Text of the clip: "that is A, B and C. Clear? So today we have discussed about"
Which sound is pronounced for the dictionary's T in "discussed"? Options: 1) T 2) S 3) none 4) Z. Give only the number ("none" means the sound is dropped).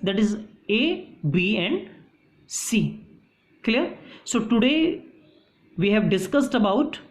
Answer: 1